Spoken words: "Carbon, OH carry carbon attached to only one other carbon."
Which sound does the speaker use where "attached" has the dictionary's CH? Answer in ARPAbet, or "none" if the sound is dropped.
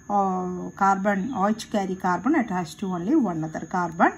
S